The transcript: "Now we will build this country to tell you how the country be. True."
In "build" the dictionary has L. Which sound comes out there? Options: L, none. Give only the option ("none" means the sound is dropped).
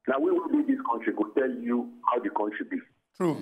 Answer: none